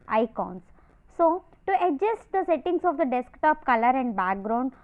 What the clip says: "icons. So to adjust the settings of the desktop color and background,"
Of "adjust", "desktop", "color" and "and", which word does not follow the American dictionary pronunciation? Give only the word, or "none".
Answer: none